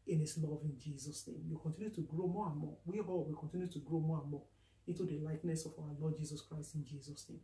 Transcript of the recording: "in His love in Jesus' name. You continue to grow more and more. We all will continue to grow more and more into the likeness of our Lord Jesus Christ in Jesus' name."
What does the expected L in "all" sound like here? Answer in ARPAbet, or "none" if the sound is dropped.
W